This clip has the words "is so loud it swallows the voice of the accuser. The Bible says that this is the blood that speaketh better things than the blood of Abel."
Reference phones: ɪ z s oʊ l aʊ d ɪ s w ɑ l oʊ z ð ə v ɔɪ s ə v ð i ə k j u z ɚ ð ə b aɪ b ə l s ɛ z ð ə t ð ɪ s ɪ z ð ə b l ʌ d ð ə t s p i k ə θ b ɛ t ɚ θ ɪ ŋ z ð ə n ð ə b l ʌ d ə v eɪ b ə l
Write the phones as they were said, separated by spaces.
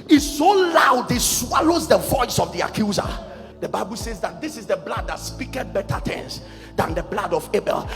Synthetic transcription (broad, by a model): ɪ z s oʊ l aʊ d ɪ s w ɑ l oʊ z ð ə v ɔɪ s ə v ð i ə k j u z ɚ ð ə b aɪ b ə l s ɛ z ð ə t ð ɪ s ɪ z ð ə b l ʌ d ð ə t s p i k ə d b ɛ t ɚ t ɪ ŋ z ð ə n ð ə b l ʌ d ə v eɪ b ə l